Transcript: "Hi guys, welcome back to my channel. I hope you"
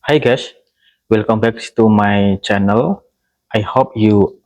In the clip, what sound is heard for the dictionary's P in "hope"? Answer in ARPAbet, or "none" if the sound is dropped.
P